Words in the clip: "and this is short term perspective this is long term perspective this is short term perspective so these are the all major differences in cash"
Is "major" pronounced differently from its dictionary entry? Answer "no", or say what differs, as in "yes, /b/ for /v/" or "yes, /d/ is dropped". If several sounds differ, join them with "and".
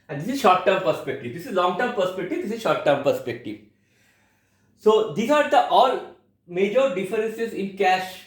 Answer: no